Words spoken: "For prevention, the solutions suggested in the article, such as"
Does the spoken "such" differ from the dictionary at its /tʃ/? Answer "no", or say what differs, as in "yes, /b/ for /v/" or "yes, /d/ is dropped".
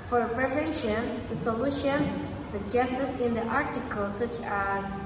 no